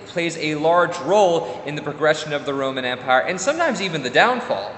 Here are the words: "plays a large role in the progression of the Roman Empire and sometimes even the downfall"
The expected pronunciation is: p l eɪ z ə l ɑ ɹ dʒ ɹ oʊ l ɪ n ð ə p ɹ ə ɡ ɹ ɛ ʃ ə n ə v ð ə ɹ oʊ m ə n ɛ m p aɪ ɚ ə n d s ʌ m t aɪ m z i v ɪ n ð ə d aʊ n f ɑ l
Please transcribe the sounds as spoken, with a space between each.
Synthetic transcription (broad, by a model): p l eɪ z ə l ɑ ɹ dʒ ɹ oʊ l ɪ n ð ə p ɹ ə ɡ ɹ ɛ ʃ ə n ə v ð ə ɹ oʊ m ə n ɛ m p aɪ ɚ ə n s ʌ m t aɪ m z i v ɪ n ð ə d aʊ n f ɑ l